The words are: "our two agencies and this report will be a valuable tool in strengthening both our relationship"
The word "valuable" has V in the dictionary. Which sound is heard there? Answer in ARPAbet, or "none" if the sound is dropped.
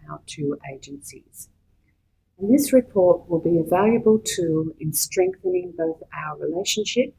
V